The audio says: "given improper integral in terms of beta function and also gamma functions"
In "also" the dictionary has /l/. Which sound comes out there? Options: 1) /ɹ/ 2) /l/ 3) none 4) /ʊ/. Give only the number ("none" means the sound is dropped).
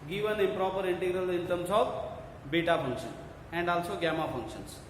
2